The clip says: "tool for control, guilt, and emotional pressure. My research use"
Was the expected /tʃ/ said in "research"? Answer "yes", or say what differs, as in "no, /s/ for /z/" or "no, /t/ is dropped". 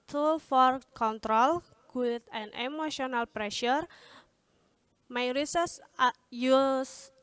no, /s/ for /tʃ/